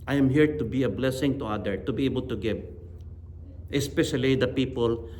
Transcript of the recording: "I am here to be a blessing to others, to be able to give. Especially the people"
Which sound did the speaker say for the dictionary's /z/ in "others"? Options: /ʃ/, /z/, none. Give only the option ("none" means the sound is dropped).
none